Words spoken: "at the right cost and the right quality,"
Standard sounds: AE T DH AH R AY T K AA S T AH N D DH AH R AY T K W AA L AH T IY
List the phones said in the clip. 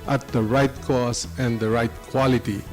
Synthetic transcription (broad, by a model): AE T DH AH R AY T K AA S AH N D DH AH R AY T K W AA L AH T IY